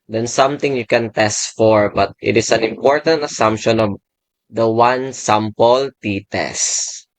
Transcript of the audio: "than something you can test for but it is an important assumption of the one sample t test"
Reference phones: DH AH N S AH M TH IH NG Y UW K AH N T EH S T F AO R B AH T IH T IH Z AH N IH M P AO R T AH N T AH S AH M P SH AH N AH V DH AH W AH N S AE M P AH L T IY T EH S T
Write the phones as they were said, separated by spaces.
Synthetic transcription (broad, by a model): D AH N S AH M T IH NG Y UW K AH N T EH S T F AO R B AH T IH T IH S AH N IH M P AO R T AH N T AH S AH M P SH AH N AH V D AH W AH N S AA M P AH L T IY T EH S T